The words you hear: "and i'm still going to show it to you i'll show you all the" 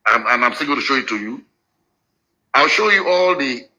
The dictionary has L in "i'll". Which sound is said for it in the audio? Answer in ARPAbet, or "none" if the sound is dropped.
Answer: L